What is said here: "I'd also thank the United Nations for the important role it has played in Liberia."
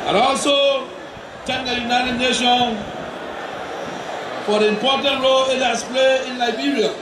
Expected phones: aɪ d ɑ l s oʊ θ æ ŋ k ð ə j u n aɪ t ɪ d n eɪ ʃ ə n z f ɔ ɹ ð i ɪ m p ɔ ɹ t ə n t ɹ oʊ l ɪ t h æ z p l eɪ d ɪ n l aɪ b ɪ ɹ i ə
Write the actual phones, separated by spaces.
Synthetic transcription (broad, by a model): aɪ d ɑ l s oʊ t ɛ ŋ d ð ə j u n aɪ t ɪ d n eɪ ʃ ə n f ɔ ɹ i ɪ m p ɔ t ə n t ɹ oʊ l ɪ t h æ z p l eɪ ɪ n l aɪ b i ɹ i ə